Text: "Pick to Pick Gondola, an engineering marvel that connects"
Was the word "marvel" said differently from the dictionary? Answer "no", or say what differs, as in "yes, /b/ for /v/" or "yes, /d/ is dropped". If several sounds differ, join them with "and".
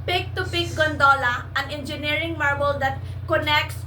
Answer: yes, /b/ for /v/